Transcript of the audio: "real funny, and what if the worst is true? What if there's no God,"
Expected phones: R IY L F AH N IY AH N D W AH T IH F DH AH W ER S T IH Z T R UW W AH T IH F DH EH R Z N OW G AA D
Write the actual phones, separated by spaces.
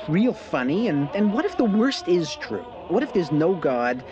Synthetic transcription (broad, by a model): R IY L F AH N IY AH N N W AH T IH F DH AH W ER S T IH Z T R UW W AH T IH F DH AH R Z N OW G AA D